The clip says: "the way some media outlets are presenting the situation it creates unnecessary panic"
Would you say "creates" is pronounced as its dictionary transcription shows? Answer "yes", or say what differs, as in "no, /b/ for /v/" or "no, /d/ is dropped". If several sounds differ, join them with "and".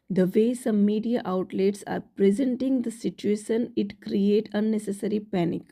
no, /s/ is dropped